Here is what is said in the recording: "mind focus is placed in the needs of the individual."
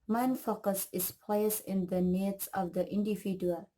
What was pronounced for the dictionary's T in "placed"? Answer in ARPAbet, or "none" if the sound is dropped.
none